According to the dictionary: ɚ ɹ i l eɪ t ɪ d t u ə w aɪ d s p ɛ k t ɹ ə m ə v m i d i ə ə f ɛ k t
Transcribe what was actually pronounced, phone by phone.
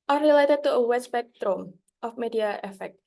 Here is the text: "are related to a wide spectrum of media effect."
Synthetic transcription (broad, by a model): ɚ ɹ i l eɪ t ɪ d t u ə w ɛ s b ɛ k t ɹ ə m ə f m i d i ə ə f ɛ k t